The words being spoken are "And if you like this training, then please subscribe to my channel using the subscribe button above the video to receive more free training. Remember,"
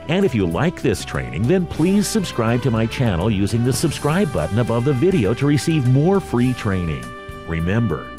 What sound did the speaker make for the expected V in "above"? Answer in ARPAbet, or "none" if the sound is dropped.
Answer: V